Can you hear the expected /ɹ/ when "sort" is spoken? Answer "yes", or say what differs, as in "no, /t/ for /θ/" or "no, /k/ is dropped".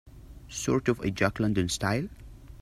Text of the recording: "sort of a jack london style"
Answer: yes